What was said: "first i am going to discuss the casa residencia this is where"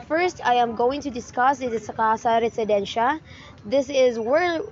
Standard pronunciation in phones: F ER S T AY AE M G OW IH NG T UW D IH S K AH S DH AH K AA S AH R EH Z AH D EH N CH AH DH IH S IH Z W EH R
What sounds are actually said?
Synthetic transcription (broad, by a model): F ER S T AY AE M G OW IH NG T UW D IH S K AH S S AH K AA S AH R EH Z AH D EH N SH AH DH IH S IH Z W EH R